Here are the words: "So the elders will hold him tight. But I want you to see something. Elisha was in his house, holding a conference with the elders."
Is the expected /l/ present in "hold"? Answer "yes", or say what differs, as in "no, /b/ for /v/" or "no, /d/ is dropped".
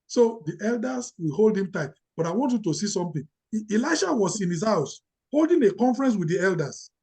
yes